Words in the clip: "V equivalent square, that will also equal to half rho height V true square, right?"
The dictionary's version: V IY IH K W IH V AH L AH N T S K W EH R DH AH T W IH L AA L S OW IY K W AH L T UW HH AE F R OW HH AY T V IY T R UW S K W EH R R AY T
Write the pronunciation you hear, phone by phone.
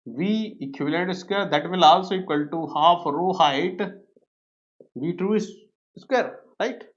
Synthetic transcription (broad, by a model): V IY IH K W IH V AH L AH T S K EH R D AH T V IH L AA L S OW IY K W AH L T UW HH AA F R OW HH AY T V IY T R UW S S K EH R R AY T